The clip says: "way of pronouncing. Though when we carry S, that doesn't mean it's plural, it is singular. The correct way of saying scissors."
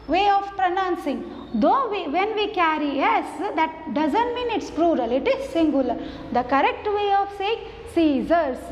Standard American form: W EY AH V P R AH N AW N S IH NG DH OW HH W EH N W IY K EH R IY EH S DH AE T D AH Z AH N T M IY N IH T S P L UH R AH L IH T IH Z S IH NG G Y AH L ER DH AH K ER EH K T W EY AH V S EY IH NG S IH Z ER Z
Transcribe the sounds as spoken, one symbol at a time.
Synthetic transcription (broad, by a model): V EY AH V P R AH N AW N S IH NG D OW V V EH N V IY K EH R IY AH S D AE T D AH Z AH N T M IY N IH T S P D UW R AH L IH T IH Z S IH NG G Y AH L ER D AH K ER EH K T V EY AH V S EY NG S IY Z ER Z